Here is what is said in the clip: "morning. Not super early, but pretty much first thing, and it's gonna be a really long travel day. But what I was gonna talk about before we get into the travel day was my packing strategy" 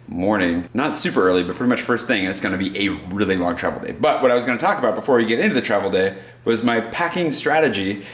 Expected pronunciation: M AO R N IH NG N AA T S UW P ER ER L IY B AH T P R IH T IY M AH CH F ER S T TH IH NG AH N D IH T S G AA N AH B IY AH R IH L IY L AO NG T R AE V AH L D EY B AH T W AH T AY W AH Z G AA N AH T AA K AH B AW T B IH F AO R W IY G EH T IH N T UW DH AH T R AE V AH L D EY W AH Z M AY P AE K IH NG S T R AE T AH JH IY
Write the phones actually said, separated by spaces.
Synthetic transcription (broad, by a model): M AO R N IH NG N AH T S UW P ER ER L IY B AH T P R IH T IY M AH CH F ER S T TH IH NG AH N IH T S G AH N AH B IY AH R IH L IY L AO NG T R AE V L D EY B AH T W AH T AY W AH Z G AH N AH T AA K AH B AW T B IH F AO R W IY G EH T IH N T UW DH AH T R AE V L D EY W AH Z M AY P AE K IH NG S T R AE T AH JH IY